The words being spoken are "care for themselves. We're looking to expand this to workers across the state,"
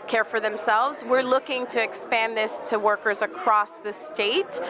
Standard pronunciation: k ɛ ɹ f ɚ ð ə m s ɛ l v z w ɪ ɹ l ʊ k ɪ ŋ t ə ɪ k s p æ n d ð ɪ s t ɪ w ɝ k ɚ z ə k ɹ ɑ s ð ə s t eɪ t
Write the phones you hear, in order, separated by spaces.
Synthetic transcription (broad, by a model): k ɛ ɹ f ɚ ð ə m s ɛ l v z w ɪ ɹ l ʊ k ɪ ŋ t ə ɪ k s p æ n ð ɪ s t ɪ w ɝ k ɚ z ə k ɹ ɑ s ð ə s t eɪ t